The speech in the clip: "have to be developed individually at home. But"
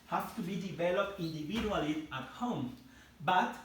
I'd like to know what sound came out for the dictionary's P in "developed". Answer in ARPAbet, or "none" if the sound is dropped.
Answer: P